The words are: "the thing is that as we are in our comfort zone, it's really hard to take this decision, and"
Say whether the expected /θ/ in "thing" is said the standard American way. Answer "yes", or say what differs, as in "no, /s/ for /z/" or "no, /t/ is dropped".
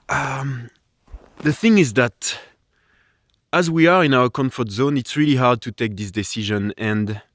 yes